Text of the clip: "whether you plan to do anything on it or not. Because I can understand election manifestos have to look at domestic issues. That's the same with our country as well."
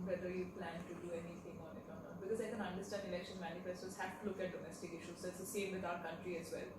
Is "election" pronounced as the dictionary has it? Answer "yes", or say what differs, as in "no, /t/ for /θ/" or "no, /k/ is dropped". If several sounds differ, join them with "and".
yes